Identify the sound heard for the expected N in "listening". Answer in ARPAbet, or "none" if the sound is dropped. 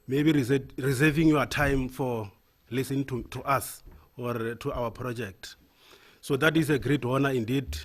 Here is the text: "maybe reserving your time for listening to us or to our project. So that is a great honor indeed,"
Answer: none